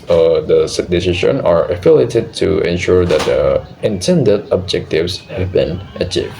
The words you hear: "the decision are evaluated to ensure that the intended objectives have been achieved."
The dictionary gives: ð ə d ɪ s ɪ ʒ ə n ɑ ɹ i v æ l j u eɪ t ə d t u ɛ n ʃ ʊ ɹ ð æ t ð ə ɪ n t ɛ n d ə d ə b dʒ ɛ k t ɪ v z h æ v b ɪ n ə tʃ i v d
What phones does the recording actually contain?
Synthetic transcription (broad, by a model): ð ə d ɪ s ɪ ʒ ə n ɑ ɹ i f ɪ l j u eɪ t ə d t u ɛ n ʃ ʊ ɹ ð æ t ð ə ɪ n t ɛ n d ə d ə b dʒ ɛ k t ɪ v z h æ v b ɪ n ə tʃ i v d